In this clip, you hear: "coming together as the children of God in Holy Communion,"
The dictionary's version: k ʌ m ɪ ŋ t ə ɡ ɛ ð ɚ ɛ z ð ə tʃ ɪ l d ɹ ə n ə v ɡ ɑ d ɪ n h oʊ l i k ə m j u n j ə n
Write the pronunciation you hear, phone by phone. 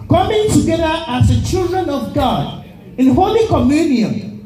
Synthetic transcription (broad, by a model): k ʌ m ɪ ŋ t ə ɡ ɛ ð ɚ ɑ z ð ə tʃ ɪ l d ɹ ə n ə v ɡ ɑ d ɪ n h oʊ l i k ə m j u n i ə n